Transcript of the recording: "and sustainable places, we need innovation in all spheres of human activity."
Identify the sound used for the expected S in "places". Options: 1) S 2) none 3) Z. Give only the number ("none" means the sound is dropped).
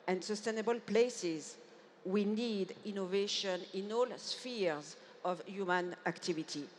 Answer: 1